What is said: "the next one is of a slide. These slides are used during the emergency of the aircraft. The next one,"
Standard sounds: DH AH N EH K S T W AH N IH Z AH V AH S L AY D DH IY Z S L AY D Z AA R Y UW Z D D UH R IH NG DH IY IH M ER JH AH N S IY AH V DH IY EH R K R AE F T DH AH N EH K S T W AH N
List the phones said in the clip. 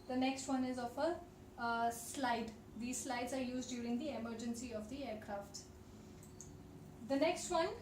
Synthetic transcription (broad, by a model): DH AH N EH K S T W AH N IH Z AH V AH S L AY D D IY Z S L AY D Z AA R Y UW Z D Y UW R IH NG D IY IH M ER JH AH N S IY AH V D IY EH R K R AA F T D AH N EH K S T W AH N